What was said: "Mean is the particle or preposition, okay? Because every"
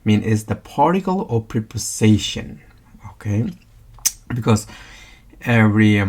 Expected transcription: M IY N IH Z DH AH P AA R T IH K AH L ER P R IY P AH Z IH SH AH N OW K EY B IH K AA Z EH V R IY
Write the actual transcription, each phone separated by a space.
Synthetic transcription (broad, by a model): M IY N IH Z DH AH P AA R T IH K AH L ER P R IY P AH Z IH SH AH N OW K EY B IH K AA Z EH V R IY